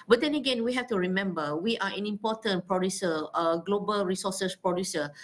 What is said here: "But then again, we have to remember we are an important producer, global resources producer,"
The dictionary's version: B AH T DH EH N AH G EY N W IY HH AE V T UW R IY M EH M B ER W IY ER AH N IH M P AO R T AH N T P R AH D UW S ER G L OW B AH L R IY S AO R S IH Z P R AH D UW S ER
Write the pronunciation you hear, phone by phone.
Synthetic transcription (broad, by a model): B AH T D EH N AH G EY N W IY HH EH F T UW R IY M EH M B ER W IY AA AH N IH M P AO T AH N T P R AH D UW S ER G L OW B AH L R IY S AO S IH S P R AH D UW S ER